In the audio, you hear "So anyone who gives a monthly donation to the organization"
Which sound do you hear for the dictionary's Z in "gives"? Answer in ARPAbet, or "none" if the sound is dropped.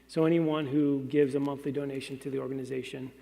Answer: Z